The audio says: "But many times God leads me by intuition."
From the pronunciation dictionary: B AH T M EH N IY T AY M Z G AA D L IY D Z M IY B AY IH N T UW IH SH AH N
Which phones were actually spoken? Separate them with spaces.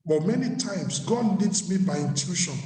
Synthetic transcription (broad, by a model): B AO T M EH N IY T AY M S G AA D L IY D M IY B AY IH N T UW SH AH N